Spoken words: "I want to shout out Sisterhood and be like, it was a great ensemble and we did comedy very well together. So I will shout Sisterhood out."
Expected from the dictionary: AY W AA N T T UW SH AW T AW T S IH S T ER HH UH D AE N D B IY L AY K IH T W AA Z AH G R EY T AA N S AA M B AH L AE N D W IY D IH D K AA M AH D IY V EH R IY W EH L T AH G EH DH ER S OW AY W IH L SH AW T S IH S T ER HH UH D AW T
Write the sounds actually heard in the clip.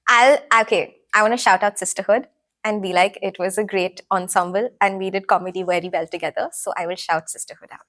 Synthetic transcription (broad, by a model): AY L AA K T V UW SH AW T AW T S IH S T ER HH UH D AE N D B IY L AY K IH T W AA Z AH G R EY T AA N S AA M B AH L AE N D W IY D IH D K AA M AH D IY V EH R IY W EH L T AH G EH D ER S OW AY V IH L SH AW T S IH S T ER HH UH D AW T